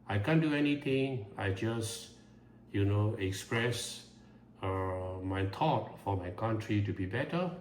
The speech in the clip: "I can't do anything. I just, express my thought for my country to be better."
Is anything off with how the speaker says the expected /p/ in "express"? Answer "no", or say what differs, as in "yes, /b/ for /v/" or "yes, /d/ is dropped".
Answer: no